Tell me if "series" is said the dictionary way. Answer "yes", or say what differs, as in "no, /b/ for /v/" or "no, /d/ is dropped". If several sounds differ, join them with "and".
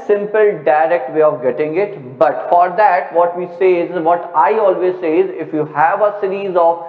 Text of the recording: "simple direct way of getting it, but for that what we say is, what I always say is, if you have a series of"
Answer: yes